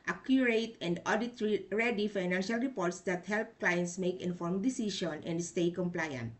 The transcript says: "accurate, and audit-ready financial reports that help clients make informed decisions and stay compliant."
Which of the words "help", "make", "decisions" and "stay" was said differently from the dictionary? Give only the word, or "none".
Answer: decisions